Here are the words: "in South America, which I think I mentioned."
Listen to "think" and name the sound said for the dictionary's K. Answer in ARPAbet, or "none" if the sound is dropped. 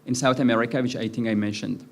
none